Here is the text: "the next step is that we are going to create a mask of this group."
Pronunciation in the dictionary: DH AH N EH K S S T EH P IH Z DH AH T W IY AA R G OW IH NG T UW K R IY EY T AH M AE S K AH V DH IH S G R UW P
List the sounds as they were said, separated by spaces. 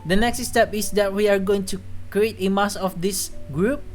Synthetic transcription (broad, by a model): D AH N EH K S S T EH P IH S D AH T W IY AA R G OW IH NG T UW K R IY EY T AH M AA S AH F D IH S G R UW P